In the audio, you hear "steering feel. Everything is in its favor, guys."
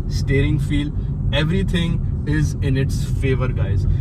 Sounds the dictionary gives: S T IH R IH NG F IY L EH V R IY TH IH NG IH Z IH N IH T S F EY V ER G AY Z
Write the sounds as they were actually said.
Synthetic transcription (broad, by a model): S T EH R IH NG F IY L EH V R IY T IH NG IH Z IH N IH T S F EY V ER G AY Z